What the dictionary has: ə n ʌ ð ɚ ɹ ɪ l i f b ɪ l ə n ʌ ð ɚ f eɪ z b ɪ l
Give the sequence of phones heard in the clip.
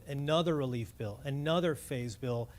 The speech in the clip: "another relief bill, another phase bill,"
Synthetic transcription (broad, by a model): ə n ʌ ð ɚ ɹ ɪ l i f b ɪ l ə n ʌ ð ɚ f eɪ z b ɪ l